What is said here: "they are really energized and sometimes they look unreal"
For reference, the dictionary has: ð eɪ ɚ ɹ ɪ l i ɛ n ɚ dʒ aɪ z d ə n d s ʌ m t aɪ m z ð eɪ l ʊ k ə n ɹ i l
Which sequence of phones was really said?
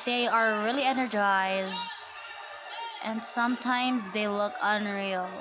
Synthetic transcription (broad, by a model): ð eɪ ɚ ɹ ɪ l i ɛ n ɚ dʒ aɪ z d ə n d s ʌ m t aɪ m z ð eɪ l ʊ k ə n ɹ i l